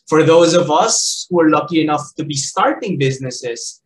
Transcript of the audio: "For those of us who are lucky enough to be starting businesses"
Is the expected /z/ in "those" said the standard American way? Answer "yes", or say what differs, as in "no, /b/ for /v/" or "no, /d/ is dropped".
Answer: yes